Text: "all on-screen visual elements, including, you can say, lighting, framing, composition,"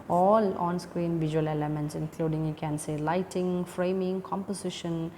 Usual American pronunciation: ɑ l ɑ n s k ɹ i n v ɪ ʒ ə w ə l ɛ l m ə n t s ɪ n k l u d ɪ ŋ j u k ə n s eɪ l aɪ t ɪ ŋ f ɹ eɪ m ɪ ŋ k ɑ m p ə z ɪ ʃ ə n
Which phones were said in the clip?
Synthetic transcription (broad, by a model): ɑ l ɑ n s k ɹ i n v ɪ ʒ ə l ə l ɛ m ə n t s ɪ n k l u d ɪ ŋ j u k ə n s eɪ l aɪ t ɪ ŋ f ɹ eɪ m ɪ ŋ k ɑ m p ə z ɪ ʃ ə n